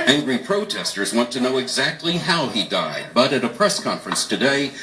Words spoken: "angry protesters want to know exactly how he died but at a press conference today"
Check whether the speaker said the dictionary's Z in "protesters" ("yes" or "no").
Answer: yes